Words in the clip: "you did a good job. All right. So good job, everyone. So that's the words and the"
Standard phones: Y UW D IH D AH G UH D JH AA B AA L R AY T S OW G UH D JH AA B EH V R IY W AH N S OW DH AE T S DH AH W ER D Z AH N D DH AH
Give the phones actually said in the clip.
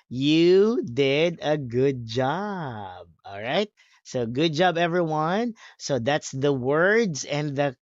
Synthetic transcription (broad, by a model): Y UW D IH D AH G UH D JH AA B AA L R AY T S OW G UH D JH AA B EH V R IY W AH N S OW DH AE T S DH AH W ER D Z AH N DH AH